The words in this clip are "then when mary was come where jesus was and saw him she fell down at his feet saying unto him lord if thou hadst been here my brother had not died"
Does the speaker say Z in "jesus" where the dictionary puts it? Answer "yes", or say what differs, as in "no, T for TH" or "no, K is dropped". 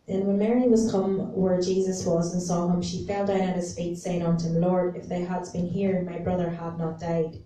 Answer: yes